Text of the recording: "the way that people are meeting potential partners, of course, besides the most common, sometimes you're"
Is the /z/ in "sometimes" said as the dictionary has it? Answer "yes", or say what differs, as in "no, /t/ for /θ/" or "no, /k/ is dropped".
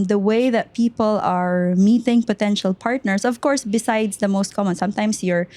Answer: no, /s/ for /z/